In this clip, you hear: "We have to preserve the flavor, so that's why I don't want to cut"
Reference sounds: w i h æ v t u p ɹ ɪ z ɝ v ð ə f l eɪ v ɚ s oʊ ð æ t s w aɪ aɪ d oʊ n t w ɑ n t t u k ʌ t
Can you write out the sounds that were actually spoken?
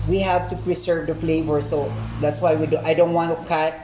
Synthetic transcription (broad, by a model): w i h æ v t u p ɹ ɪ s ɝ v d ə f l eɪ v ɚ s oʊ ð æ t s w aɪ aɪ d oʊ n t w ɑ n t t u k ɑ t